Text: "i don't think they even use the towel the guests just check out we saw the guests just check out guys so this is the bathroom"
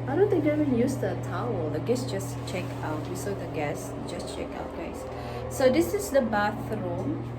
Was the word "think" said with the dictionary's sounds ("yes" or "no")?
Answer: no